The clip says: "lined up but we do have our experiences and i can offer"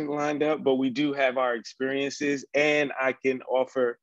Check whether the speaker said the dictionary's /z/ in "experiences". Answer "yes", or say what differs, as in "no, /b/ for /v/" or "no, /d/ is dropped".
yes